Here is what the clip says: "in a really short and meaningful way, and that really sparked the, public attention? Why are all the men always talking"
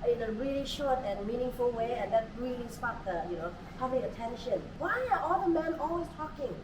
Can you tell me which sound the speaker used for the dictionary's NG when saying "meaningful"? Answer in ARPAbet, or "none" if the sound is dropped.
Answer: NG